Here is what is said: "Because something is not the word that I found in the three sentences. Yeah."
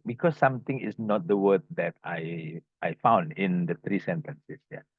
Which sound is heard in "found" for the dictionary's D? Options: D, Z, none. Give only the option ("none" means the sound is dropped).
D